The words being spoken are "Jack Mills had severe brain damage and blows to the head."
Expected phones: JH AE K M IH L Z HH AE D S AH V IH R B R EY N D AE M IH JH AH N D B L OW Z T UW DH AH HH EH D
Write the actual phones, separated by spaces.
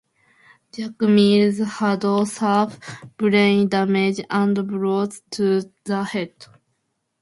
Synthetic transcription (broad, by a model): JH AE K M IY Z HH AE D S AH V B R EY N D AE M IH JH AH N D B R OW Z T UW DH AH HH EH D